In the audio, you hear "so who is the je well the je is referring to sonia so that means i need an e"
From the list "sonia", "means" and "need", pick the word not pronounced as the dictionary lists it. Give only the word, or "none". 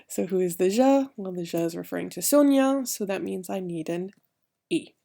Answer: none